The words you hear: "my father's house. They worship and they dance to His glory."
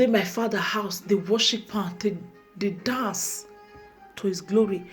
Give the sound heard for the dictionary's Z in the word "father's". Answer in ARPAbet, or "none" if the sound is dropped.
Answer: none